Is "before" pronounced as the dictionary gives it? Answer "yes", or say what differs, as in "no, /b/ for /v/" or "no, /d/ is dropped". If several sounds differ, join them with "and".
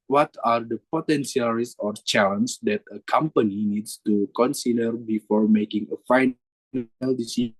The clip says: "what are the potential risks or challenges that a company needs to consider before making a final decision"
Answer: yes